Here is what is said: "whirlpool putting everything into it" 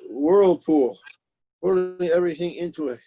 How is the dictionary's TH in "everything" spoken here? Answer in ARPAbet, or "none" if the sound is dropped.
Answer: TH